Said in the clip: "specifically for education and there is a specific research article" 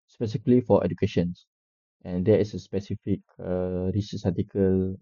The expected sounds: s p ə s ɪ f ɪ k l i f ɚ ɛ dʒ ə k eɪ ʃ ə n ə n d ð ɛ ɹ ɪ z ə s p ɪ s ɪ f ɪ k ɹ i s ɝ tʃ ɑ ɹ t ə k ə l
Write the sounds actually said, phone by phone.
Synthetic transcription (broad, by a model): s p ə s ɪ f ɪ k l i f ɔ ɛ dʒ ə k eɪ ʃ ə n ə n d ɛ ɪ s ə s p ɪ s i f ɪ k ɹ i s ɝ s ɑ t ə k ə l